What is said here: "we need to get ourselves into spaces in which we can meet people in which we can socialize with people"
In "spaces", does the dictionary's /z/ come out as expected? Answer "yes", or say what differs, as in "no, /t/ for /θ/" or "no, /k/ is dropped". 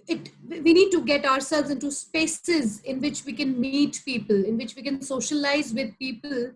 yes